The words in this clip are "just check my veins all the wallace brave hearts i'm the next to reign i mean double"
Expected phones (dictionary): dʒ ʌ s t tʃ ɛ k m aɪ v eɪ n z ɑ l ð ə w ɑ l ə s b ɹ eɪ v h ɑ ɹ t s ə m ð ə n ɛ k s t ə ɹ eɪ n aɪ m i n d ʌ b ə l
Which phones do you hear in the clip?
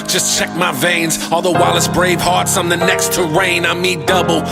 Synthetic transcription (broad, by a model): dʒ ʌ s tʃ ɛ k m aɪ v eɪ n z ɑ l ð ə w ɑ l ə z b ɹ eɪ v h ɑ ɹ t s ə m ð ə n ɛ k s t ə ɹ eɪ n aɪ m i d ʌ b l